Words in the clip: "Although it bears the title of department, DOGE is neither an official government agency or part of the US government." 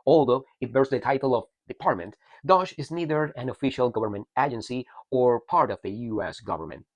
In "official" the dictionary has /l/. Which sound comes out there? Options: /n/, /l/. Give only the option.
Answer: /l/